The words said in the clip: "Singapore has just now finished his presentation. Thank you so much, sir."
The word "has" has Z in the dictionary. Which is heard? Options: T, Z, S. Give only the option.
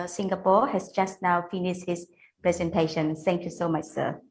S